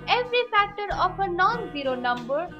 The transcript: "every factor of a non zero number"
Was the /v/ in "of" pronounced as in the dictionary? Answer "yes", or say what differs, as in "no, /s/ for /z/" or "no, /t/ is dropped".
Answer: no, /p/ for /v/